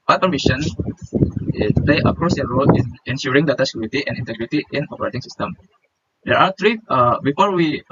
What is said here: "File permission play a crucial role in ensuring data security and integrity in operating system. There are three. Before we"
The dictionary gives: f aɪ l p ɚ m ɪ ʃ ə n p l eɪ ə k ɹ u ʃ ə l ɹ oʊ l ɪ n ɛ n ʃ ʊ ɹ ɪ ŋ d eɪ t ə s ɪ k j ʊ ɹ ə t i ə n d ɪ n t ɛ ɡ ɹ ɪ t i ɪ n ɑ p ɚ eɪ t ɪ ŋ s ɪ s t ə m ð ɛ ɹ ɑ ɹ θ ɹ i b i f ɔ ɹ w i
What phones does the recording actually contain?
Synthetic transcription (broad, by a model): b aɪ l p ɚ m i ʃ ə n p l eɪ ə k ɹ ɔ s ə ɹ oʊ l ɪ n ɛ n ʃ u ɹ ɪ ŋ d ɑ t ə s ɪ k j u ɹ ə t i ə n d ɪ n t ɛ ɡ ɹ ɪ t i ɪ n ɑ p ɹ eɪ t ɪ ŋ s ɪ s t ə m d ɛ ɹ ɑ ɹ t ɹ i b i f ɔ ɹ w i